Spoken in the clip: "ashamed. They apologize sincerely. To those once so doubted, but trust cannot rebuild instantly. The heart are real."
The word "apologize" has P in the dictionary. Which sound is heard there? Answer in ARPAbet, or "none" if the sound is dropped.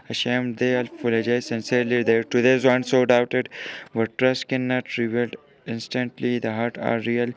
F